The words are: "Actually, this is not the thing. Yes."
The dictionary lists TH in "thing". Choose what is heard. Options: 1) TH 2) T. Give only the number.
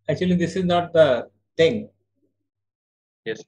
2